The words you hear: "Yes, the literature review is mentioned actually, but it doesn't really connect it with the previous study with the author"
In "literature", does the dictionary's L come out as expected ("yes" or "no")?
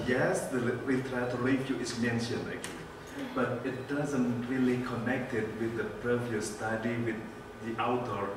no